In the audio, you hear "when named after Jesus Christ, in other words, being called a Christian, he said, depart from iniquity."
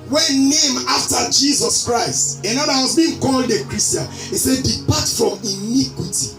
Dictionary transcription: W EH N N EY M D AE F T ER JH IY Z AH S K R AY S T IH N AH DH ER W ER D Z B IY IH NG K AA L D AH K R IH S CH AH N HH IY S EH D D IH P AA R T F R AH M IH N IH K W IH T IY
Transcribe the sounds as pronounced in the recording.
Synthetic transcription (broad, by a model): W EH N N EY M AA F T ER JH IY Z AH S K R AY S T IH N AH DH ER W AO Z B IY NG K AA L D AH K R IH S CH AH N HH IY S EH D D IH P AA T F R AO M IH N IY K W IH T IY